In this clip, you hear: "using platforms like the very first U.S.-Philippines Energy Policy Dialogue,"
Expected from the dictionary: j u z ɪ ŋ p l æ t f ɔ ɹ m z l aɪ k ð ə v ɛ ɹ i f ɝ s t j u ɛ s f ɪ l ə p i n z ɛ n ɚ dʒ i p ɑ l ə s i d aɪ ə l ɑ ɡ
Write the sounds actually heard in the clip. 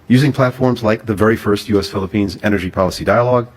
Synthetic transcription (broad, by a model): j u z ɪ ŋ p l æ t f ɔ ɹ m z l aɪ k ð ə v ɛ ɹ i f ɝ s t j u ɛ s f ɪ l ə p i n z ɛ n ɚ dʒ i p ɑ l ə s i d aɪ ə l ɑ ɡ